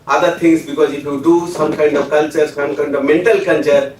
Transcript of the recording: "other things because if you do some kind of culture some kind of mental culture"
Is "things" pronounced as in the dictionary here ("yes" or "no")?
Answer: no